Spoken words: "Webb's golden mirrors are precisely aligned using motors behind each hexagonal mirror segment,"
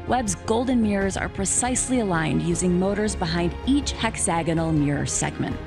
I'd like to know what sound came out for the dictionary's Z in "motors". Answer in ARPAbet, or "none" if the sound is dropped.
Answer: Z